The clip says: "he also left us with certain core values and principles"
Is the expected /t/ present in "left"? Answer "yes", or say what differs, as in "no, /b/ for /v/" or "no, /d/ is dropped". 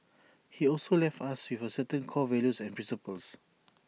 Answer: yes